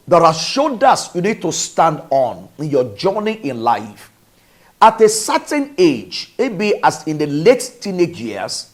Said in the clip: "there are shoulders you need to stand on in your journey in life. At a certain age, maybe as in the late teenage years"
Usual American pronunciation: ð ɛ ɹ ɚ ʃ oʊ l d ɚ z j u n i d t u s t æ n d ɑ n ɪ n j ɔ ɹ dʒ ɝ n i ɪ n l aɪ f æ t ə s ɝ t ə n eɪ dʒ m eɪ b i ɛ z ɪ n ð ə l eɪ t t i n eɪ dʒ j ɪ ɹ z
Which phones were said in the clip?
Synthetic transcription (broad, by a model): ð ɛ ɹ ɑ ʃ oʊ d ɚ s j u n i d t u s t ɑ n d ɑ n ɪ n j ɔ dʒ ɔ n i ɪ n l aɪ f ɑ t ə s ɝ t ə n eɪ dʒ m eɪ b i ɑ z ɪ n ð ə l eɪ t t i n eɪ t j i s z